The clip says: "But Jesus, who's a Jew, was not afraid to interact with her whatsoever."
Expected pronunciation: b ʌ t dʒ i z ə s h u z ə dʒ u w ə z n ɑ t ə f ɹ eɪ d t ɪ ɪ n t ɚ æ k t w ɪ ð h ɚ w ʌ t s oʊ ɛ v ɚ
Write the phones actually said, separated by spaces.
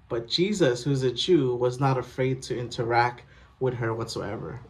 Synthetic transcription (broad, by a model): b ʌ t dʒ i z ə s h u z ə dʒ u w ə z n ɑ t ə f ɹ eɪ d t ɪ ɪ n t ɚ æ k t w ɪ ð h ɚ w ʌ t s oʊ ɛ v ɚ